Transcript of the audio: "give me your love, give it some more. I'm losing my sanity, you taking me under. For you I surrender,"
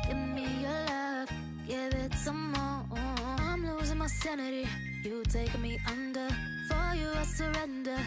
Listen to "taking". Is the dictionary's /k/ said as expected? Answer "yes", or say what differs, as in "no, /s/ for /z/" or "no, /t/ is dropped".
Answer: no, /k/ is dropped